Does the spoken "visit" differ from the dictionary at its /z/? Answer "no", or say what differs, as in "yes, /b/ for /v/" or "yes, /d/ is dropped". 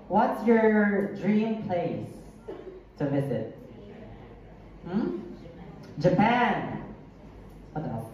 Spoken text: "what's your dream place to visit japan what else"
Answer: yes, /s/ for /z/